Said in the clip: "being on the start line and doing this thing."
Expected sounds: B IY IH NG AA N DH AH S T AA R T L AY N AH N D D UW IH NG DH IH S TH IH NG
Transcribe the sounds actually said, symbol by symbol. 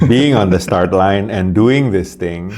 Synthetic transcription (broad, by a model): B IY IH NG AA N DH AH S T AA R T L AY N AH N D D UW IH NG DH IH S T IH NG